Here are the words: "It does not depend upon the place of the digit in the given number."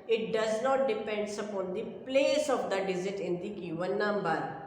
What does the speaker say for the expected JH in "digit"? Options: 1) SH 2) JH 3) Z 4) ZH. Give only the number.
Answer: 3